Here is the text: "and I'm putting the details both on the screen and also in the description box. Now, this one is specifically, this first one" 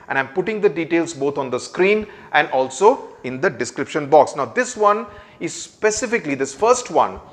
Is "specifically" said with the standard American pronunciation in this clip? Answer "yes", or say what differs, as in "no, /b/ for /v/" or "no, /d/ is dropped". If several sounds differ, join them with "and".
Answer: yes